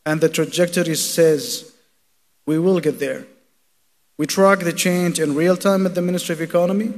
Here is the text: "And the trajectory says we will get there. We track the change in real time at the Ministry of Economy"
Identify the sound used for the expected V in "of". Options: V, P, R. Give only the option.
V